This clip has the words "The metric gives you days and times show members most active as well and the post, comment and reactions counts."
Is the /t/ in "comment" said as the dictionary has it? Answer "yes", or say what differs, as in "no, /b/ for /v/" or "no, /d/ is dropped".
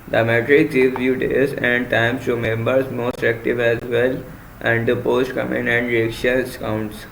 no, /t/ is dropped